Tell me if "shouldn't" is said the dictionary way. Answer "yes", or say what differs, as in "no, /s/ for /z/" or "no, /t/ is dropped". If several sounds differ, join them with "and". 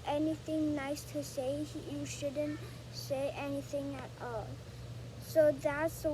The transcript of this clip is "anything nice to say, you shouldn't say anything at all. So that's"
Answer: yes